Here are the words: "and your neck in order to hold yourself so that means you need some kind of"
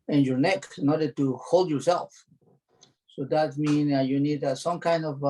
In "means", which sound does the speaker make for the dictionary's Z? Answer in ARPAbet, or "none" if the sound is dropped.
none